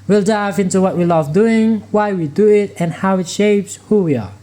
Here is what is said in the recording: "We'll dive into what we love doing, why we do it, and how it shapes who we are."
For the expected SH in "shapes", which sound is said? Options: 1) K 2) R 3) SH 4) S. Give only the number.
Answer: 3